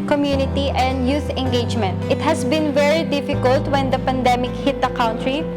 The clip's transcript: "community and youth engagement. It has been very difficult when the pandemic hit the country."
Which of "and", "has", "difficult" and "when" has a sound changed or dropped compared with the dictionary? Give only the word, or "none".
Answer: has